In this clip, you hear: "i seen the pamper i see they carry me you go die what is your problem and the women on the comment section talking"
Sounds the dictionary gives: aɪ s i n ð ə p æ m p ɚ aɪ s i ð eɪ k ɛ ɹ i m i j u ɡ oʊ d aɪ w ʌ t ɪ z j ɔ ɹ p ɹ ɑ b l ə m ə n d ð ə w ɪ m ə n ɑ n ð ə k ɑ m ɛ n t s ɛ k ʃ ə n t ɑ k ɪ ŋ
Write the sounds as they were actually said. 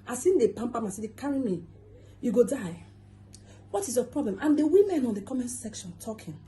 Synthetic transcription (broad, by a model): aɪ s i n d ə p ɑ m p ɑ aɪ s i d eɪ k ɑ ɹ i m i j u ɡ oʊ d aɪ w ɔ t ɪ s j ɔ p ɹ ɑ b l ə m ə n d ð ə w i m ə n ɑ n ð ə k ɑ m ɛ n s ɛ k ʃ ə n t ɑ k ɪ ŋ